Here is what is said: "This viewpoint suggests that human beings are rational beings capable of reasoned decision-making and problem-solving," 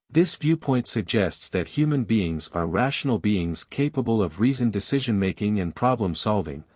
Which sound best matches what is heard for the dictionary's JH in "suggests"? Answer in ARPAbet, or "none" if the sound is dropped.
JH